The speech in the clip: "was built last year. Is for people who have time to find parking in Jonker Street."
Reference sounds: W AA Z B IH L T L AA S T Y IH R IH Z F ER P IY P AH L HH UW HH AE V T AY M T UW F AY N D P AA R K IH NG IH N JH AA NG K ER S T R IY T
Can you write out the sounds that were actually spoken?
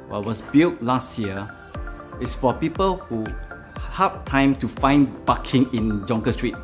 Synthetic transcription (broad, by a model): W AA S B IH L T L AA S T Y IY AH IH S F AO P IY P AH L HH UW HH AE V T AY M T UW F AY N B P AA K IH NG IH N JH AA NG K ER S T R IY T